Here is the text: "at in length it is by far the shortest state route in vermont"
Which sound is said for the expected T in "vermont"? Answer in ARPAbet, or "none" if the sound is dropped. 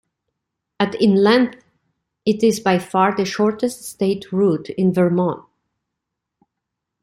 none